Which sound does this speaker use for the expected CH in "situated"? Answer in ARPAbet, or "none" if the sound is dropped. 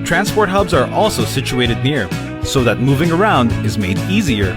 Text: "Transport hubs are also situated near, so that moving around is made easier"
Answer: CH